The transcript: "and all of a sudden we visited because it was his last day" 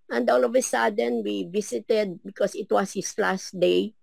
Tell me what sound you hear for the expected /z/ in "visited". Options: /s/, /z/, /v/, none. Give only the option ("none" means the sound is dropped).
/s/